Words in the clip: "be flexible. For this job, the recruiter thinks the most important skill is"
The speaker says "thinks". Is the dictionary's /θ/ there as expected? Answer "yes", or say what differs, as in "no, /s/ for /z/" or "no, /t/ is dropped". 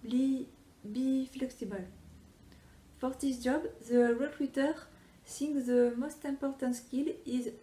no, /s/ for /θ/